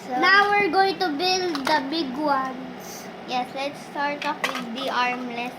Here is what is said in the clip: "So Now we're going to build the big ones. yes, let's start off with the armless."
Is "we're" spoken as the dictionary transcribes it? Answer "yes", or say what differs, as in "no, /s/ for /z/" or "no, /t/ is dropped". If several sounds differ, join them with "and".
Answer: yes